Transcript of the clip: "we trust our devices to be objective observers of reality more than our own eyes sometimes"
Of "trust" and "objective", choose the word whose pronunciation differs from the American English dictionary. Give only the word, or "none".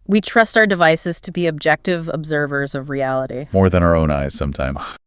none